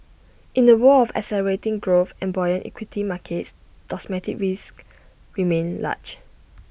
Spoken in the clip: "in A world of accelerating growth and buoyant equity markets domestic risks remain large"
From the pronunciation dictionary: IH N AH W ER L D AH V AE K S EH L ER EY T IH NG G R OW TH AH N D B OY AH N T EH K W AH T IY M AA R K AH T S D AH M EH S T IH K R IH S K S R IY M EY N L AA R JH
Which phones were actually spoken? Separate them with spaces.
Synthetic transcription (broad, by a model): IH N AH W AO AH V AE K S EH L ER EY T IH NG G R OW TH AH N B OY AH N T EH K W AH T IY M AA K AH T S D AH M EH T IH K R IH S K R IY M EY N L AA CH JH